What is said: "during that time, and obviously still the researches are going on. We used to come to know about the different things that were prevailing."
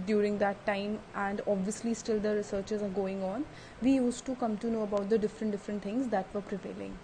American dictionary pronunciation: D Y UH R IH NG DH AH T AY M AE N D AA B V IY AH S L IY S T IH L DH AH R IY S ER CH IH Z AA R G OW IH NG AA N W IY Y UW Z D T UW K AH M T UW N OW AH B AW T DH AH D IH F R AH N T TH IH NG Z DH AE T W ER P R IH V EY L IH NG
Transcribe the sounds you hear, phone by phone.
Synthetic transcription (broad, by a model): D Y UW R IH NG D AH T AY M AE N D AA B V IY AH S L IY S T IH L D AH R IY S ER CH IH Z AA R G OW IH NG AA N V IY Y UW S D T UW K AH M T UW N OW AH B AW T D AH D IH F R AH N T T IH NG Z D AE T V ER P R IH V EY L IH NG